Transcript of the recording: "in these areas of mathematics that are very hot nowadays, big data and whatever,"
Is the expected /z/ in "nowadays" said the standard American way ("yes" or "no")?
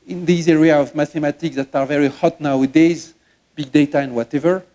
yes